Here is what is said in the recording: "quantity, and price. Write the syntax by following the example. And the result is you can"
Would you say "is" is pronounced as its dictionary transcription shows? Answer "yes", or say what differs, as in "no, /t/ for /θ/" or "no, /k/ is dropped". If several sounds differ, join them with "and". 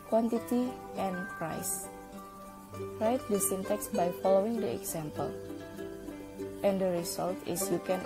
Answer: no, /s/ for /z/